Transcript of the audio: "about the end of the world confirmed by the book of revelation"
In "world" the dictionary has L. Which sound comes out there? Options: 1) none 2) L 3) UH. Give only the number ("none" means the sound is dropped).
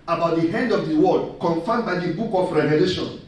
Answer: 1